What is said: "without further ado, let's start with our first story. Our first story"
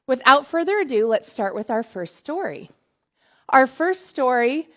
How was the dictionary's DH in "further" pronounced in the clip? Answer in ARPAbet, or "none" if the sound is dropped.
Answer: DH